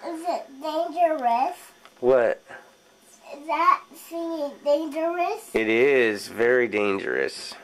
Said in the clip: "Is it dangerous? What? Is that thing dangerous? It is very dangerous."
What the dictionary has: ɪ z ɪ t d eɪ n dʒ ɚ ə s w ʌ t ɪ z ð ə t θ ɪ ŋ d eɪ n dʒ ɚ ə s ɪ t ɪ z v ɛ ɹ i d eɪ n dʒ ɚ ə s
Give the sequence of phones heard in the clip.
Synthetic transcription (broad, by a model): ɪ z ɪ t d eɪ n dʒ ɚ ə s w ʌ t ɪ z ð ə t s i d eɪ n dʒ ɚ ə s ɪ t ɪ z v ɛ ɹ i d eɪ n dʒ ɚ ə s